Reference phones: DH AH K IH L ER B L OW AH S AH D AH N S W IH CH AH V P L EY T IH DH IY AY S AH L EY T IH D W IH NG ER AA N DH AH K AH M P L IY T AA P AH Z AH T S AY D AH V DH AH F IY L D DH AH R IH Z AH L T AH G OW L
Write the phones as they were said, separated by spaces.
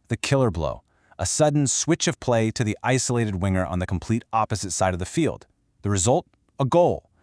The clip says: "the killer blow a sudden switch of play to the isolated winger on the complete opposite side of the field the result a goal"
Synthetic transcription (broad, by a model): DH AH K IH L ER B L OW AH S AH D N S W IH CH AH V P L EY T IH DH IY AY S AH L EY T IH D W IH NG ER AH N DH AH K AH M P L IY T AA P AH Z AH T S AY D AH V DH AH F IY L D DH AH R IH Z AH L T AH G OW L